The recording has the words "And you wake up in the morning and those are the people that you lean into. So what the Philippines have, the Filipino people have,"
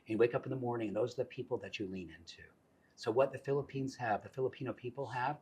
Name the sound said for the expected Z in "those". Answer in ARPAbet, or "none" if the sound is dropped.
Z